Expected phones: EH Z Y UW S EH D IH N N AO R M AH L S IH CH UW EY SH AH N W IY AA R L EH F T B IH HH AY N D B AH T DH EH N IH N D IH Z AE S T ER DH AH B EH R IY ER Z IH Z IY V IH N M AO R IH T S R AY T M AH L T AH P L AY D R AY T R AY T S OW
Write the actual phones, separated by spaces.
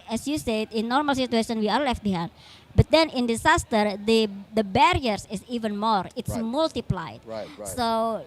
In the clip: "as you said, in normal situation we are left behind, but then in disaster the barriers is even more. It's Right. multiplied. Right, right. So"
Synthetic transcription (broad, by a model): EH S Y UW S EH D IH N N AO R M AH L S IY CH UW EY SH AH N W IY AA L L EH F T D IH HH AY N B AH T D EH N IH N D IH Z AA S T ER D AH B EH R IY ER S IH S IY V IH N M AO R IH T S M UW L T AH P L AY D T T S OW